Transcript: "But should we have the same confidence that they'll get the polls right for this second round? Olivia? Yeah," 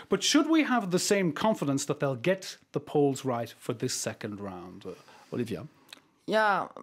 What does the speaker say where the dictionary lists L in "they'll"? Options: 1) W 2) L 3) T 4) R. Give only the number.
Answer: 2